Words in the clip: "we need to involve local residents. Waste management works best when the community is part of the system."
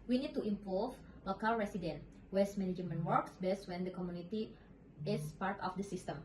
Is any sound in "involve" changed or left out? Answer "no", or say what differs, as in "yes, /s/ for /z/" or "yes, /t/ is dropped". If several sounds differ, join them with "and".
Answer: yes, /l/ is dropped